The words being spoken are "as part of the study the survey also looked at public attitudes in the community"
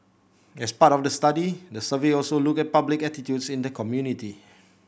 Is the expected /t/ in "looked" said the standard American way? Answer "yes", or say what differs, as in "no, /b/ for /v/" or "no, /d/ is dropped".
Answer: no, /t/ is dropped